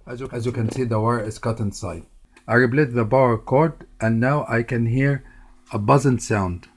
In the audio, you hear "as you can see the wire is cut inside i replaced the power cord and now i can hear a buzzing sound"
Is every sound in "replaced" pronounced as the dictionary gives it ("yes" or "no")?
no